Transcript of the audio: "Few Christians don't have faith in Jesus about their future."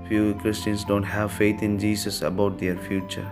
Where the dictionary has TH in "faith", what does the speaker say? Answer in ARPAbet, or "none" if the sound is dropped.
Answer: T